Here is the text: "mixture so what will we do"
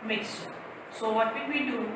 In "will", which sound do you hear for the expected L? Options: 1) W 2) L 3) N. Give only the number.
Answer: 3